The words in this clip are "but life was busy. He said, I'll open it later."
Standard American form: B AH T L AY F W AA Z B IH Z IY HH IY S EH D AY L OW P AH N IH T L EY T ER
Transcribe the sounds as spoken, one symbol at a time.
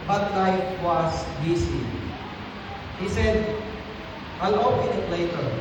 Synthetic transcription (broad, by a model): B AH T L AY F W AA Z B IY S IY HH IY S EH D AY L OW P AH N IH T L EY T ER